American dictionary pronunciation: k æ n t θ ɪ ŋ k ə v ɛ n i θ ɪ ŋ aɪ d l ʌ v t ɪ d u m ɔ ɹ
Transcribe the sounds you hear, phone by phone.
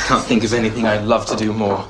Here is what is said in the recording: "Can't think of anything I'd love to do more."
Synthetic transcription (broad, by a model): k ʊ n θ ɪ ŋ k ə v ɛ n i θ ɪ ŋ aɪ l ʌ v t ɪ d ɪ m ɔ ɹ